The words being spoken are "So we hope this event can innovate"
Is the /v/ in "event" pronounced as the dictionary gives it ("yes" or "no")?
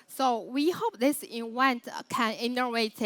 no